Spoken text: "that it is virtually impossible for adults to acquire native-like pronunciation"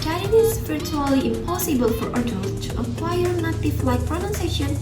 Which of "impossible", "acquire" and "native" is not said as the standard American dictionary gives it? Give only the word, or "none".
native